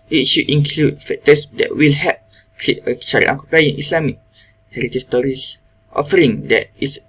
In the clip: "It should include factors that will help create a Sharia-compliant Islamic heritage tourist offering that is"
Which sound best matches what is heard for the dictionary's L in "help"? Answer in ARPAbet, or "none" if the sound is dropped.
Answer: none